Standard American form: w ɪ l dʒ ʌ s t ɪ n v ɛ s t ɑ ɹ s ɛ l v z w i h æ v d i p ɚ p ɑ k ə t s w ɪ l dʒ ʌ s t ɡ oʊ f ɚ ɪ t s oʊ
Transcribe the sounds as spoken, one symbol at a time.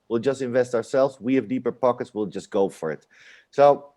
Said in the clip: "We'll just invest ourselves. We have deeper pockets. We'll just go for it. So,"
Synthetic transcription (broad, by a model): w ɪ l dʒ ʌ s t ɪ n v ɛ s t ɑ ɹ s ɛ l v z w i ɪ v d i p ɚ p ɑ k ə t s w ɪ l dʒ ʌ s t ɡ oʊ f ɚ ɪ t s oʊ